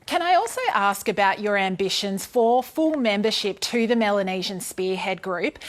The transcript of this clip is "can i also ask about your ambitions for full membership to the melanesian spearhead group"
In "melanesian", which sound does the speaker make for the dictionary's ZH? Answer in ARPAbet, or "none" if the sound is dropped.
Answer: ZH